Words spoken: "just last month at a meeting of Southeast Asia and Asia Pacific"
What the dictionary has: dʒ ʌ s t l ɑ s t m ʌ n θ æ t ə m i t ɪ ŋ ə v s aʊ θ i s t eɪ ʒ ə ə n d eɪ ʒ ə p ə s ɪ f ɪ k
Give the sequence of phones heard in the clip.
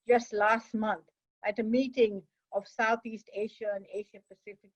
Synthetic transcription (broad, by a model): dʒ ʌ s t l ɑ s t m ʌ n t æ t ə m i t ɪ ŋ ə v s aʊ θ i s t eɪ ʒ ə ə n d eɪ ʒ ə p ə s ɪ f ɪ k